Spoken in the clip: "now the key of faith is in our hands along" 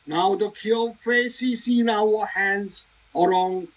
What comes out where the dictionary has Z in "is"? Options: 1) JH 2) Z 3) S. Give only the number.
3